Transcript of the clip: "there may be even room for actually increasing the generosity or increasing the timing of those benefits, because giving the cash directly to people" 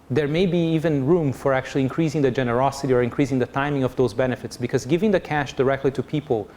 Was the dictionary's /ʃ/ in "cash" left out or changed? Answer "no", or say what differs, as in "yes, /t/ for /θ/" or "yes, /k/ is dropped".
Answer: no